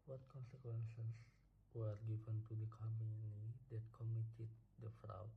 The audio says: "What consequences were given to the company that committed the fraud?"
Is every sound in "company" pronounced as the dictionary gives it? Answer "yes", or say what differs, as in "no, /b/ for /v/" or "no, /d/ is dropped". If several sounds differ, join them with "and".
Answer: no, /p/ is dropped